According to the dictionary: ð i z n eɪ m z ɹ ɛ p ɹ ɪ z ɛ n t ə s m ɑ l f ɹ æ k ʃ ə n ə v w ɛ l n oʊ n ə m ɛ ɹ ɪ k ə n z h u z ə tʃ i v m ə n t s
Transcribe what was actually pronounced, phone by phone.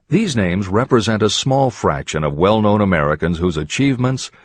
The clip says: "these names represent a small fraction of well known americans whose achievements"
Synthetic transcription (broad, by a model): ð i z n eɪ m z ɹ ɛ p ɹ ɪ z ɛ n t ə s m ɑ l f ɹ æ k ʃ ə n ə v w ɛ l n oʊ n ə m ɛ ɹ ɪ k ə n z h u z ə tʃ i v m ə n t s